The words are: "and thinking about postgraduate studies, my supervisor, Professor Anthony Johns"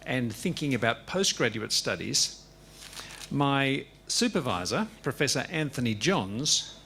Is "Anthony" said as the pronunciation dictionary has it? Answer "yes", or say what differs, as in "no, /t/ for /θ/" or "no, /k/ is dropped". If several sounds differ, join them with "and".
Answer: yes